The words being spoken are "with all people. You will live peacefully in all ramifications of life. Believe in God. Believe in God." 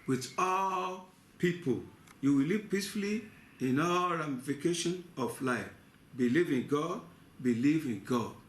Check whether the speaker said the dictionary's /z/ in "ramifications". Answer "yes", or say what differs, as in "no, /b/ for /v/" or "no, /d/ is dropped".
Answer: no, /z/ is dropped